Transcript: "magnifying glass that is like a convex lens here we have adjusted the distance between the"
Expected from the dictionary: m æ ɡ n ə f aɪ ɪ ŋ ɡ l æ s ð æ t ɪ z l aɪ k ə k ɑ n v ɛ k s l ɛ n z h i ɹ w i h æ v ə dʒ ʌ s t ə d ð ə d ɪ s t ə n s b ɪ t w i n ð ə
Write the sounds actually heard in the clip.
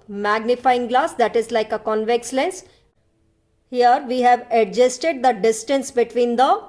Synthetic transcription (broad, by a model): m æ ɡ n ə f aɪ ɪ ŋ ɡ l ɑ s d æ t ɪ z l aɪ k ə k ɑ n v ɛ k s l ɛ n s h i ɹ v i h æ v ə dʒ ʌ s t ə d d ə d ɪ s t ə n s b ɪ t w i n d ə